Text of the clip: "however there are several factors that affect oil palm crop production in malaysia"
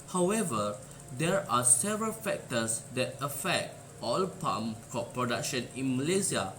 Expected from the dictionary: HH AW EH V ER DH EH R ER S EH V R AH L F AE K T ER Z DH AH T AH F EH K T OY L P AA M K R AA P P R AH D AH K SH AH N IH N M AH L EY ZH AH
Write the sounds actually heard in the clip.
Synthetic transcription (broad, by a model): HH AW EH V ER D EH R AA S EH V R AH L F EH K T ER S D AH T AH F EH K T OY L P AA M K AA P P R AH D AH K SH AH N IH N M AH L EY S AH